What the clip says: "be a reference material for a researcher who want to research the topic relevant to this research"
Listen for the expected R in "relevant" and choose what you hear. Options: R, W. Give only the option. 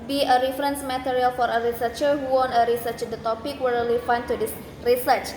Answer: W